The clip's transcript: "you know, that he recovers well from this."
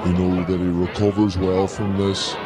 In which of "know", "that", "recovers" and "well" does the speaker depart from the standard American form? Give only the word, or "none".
none